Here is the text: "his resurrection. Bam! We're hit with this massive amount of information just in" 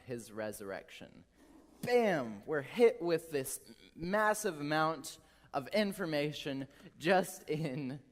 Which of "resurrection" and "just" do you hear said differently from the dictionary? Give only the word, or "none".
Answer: none